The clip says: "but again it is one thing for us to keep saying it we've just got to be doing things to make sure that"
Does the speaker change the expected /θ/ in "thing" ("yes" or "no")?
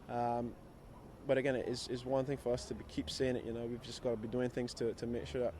no